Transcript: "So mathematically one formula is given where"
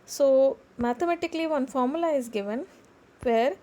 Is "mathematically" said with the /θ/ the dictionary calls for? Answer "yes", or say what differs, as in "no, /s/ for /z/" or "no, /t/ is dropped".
no, /t/ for /θ/